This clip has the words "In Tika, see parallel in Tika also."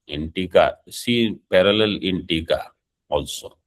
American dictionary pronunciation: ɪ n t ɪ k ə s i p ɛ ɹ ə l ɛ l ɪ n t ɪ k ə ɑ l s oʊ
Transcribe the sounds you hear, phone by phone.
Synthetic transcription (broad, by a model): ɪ n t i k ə s i p ɛ ɹ ə l ɛ l ɪ n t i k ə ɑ l s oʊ